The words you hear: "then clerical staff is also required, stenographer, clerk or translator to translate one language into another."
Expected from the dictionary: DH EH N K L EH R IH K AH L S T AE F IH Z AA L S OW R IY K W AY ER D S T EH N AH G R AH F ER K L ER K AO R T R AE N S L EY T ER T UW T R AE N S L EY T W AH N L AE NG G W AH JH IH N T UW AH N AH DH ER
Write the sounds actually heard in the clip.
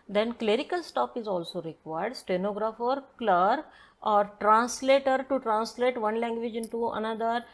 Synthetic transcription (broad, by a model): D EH N K L EH R IH K AH L S T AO P IH Z AA L S OW R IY K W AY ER D S T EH N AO G R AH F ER K L ER K AO R T R AE N S L EY T ER T UW T R AE N S L EY T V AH N L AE NG G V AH JH IH N T UW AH N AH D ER